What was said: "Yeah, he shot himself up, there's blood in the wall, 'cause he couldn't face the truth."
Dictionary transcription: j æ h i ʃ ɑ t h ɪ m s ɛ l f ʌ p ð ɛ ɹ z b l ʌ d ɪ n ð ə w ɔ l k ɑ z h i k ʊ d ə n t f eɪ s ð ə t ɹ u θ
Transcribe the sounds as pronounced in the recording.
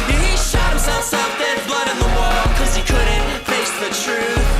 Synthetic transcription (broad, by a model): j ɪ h i ʃ ɑ t h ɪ m s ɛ l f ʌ f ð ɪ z b l ʌ d ɪ n ð ə w ɔ l k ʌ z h i k ʊ d n t f eɪ s ð ə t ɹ u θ